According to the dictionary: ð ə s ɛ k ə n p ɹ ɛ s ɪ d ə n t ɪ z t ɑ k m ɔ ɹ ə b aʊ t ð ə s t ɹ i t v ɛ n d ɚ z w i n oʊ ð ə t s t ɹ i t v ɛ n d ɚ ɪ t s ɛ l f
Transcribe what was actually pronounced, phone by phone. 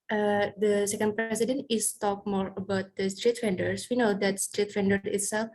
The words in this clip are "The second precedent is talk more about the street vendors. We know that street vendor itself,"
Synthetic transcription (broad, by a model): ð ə s ɛ k ə n p ɹ ɛ s ɪ d ə n t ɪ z t ɑ k m ɔ ɹ ə b aʊ t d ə s t ɹ i t f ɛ n d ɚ s w i n oʊ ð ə t s t ɹ i t f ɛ n d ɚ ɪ t s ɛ l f